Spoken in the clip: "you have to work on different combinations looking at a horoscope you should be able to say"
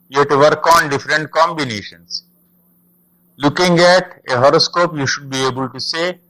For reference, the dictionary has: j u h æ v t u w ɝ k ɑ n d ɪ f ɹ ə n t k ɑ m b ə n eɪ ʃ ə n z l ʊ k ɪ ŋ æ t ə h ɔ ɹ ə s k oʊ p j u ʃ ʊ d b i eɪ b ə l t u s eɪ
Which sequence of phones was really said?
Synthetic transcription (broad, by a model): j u t u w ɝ k ɑ n d ɪ f ɹ ə n t k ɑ m b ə n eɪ ʃ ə n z l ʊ k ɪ ŋ æ t ə h ɔ ɹ ə s k oʊ p j u ʃ ʊ d b i eɪ b ə l t u s eɪ